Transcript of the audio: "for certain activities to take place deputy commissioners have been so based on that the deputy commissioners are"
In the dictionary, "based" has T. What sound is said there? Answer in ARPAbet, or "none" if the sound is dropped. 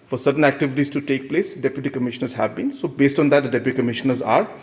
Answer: T